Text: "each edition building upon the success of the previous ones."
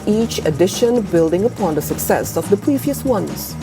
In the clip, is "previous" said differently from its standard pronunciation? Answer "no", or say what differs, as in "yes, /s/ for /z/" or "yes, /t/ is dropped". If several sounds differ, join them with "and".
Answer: no